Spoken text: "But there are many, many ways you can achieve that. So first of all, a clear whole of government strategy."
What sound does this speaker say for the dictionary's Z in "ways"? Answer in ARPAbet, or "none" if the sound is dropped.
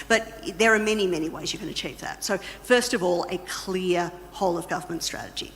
Z